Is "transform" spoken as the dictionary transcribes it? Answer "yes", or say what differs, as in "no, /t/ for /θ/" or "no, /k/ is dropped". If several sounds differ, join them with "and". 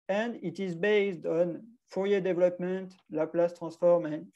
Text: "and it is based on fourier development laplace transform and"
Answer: no, /n/ is dropped